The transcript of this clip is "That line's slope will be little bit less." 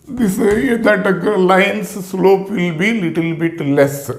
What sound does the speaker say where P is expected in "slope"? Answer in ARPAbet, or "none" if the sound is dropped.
P